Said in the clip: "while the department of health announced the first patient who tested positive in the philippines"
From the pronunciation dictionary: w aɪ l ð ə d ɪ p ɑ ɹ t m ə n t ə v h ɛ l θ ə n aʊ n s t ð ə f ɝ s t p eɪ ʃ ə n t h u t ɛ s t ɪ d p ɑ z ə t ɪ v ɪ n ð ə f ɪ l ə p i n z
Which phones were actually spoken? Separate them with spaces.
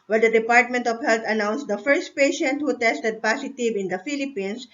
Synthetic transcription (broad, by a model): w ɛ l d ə d ɪ p ɑ ɹ t m ə n t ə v h ɛ l t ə n aʊ n s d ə f ɝ s t p eɪ ʃ ə n t h u t ɛ s t ɪ d p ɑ s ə t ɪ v ɪ n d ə f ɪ l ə p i n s